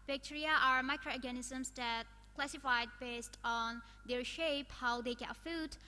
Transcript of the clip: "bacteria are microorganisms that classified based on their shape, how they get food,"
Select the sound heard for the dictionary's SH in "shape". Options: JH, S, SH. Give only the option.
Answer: SH